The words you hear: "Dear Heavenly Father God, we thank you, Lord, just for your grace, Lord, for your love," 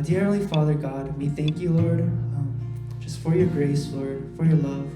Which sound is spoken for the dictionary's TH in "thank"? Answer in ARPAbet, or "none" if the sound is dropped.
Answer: TH